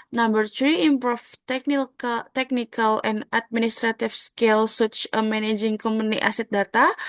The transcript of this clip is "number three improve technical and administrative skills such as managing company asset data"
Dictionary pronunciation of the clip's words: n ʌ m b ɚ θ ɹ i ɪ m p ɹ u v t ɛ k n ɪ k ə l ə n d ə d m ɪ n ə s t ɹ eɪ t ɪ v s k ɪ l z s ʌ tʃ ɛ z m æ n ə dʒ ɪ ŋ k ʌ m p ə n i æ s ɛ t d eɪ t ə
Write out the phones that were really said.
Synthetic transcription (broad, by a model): n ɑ m b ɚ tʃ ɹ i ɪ m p ɹ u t t ɛ k n ɪ k ə l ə n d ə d m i n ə s t ɹ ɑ t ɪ f s k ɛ l s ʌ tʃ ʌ m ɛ n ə dʒ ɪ ŋ k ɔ m ə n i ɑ s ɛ t d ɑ t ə